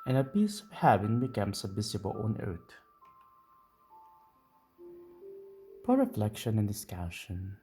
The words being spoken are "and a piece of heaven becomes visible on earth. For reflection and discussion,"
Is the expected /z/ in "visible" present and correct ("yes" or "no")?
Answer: no